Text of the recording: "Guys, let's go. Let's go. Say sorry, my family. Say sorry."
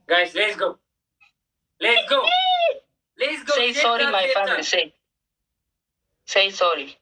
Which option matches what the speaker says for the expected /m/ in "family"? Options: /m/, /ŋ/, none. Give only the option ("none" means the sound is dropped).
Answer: none